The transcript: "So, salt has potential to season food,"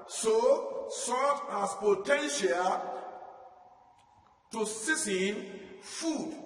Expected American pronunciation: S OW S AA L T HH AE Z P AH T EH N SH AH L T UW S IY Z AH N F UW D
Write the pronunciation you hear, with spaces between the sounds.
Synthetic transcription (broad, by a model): S OW S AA T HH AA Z P AH T EH N SH AH L T UW S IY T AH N F UW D